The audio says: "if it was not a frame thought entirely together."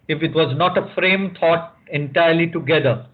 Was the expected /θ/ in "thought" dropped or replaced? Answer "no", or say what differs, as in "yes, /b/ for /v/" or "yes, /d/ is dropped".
yes, /t/ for /θ/